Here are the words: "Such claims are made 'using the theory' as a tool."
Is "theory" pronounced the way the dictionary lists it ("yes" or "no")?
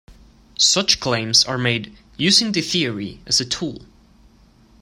yes